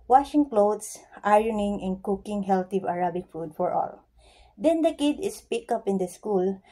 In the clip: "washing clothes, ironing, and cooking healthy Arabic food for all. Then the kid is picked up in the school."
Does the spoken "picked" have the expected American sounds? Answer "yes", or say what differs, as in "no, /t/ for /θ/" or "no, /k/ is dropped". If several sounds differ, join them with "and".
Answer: no, /t/ is dropped